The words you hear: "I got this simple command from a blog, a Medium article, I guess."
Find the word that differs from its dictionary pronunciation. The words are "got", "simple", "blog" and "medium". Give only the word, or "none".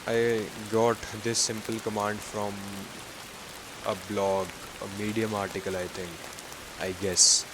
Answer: none